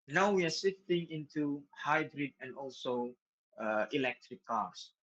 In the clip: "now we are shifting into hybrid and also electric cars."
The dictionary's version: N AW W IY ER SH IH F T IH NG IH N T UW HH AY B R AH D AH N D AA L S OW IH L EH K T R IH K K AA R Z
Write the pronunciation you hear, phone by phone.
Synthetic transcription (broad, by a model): N AW W IY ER S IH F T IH NG IH N T UW HH AY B R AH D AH N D AA L S OW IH L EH K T R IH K K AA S